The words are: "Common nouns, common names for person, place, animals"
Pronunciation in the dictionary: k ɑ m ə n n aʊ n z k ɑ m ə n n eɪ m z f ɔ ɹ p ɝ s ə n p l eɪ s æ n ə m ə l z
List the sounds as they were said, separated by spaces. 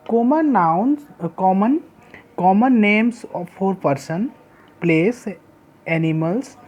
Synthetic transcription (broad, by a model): k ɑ m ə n n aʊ n k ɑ m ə n n eɪ m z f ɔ ɹ p ɝ s ə n p l eɪ s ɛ n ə m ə l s